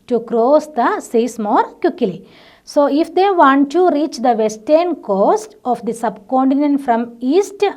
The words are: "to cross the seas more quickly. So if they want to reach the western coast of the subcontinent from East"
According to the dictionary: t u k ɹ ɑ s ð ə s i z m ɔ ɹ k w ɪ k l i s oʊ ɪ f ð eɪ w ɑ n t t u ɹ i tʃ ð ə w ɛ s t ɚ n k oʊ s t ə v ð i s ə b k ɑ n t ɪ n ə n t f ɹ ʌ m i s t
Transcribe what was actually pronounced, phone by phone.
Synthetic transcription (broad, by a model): t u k ɹ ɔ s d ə s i s m ɔ ɹ k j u k l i s oʊ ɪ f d eɪ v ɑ n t t u ɹ i tʃ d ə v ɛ s t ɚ n k oʊ s t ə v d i s ə b k ɑ n t ɪ n ə n t f ɹ ʌ m i s t